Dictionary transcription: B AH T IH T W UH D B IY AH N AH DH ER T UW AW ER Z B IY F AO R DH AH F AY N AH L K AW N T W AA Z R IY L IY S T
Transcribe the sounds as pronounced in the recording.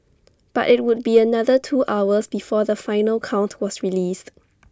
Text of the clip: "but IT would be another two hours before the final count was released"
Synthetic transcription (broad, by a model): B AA T IH T W UH D B IY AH N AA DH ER T UW AW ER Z B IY F AO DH AH F AY N AH L K AW N T W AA S R IY L IY S T